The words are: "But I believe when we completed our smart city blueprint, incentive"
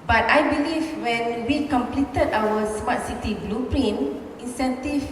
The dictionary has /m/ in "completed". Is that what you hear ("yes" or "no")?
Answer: yes